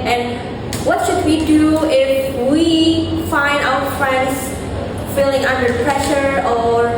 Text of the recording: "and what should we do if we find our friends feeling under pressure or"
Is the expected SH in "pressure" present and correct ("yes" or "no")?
yes